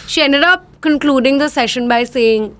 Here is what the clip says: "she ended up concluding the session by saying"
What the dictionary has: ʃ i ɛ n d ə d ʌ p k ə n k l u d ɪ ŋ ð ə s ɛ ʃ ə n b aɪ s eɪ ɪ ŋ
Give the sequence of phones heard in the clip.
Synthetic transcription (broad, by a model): ʃ i ɛ n d ə d ʌ p k ə n k l u d ɪ ŋ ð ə s ɛ ʃ ə n b aɪ s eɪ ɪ ŋ